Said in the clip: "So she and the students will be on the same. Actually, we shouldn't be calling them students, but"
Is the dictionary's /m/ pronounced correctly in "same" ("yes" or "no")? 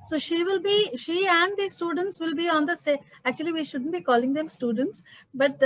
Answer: no